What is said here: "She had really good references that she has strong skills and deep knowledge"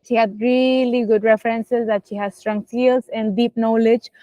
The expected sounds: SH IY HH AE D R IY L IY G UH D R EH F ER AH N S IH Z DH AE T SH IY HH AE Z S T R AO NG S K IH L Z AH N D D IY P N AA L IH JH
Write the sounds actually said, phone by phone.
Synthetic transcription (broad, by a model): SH IY HH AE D R IY L IY G UH D R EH F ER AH N S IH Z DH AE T SH IY HH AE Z S T R AO NG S IY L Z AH N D D IY P N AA L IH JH